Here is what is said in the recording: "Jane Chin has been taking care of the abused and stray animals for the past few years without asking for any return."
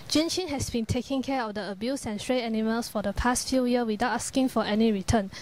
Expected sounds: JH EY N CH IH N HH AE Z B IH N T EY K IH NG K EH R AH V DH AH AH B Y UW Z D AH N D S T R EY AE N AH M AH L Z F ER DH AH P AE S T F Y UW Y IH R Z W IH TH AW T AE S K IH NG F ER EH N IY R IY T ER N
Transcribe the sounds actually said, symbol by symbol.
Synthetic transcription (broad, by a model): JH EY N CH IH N HH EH S B IH N T EY K IH NG K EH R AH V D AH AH B Y UW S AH N S T R EY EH N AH M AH L S F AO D AH P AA S T F Y UW Y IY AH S W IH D AW T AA S K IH NG F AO EH N IY R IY T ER N